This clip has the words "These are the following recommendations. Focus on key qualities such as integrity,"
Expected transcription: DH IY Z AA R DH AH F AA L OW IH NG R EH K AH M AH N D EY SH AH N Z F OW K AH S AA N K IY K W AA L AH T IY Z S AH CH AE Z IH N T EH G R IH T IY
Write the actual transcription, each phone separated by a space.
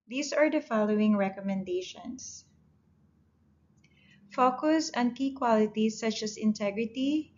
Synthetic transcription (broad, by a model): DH IY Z AA R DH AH F AA L OW IH NG R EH K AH M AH N D EY SH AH N S F OW K AH S AA N K IY K W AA L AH T IY S AH CH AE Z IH N T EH G R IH T IY